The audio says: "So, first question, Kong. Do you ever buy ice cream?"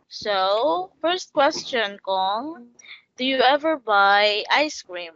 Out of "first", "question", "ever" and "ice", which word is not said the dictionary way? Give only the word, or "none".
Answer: none